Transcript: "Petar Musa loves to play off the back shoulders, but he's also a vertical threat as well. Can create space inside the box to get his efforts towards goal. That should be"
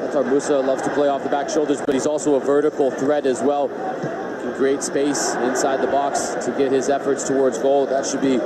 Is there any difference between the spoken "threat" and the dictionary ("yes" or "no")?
no